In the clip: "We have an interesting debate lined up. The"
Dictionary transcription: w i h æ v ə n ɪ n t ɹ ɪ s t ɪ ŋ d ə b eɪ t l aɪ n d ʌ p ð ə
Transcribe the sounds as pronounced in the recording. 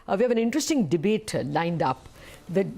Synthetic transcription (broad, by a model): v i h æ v ə n ɪ n t ɹ ɪ s t ɪ ŋ d ə b eɪ t l aɪ n d ʌ p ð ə